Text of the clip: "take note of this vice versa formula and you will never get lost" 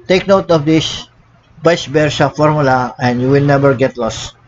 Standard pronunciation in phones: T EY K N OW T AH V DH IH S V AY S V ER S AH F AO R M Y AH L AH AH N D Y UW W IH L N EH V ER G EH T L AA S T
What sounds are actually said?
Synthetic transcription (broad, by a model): T EY K N OW T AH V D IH S B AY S B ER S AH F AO R M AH L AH AH N D Y UW W IH L N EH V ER G EH T L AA S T